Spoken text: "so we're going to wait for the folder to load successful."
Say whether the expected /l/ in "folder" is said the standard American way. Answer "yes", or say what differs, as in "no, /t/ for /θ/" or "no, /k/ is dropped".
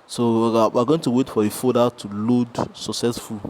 no, /l/ is dropped